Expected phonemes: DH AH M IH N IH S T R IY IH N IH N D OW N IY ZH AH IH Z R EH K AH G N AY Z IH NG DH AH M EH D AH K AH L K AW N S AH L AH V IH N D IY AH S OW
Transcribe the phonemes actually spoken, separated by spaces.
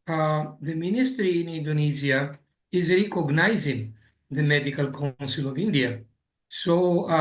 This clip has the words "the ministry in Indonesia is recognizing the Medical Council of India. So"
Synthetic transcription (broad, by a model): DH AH M IH N IH S T R IY IH N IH N D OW N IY Z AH IH Z R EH K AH G N AY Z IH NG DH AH M EH D AH K AH L K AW N S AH L AH V IH N D IY AH S OW